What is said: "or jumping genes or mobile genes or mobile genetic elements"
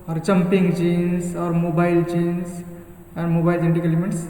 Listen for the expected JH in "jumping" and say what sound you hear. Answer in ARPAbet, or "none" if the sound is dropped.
CH